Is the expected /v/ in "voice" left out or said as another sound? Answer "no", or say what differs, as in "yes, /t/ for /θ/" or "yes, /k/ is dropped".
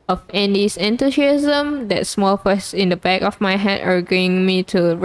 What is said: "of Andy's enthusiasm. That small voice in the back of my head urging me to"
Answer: yes, /f/ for /v/